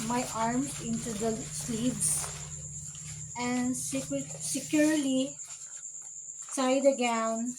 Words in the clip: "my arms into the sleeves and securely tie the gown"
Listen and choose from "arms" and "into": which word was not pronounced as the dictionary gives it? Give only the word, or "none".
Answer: arms